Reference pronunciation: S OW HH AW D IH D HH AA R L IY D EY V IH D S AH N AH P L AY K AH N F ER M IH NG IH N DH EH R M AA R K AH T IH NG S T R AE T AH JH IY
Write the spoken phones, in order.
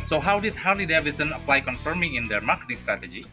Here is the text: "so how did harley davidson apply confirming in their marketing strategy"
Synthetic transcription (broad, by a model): S OW HH AW D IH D HH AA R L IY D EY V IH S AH N AH P L AY K AH N F ER M IH NG IH N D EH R M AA K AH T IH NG S T R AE T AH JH IY